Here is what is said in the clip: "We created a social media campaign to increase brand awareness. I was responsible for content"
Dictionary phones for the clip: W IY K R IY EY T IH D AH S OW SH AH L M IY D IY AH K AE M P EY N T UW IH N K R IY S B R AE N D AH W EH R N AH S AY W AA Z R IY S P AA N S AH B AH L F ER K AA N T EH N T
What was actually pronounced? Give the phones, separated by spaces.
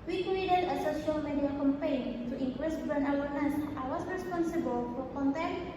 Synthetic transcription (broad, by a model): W IY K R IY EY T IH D AH S OW SH AH L M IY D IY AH K AE M P EY N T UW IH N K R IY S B AH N AH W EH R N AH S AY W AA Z R IY S P AA N S AH B AH L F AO K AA N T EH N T